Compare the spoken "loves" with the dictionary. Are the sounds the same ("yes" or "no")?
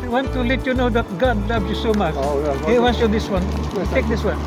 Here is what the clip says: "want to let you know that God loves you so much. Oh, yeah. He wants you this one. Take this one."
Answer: no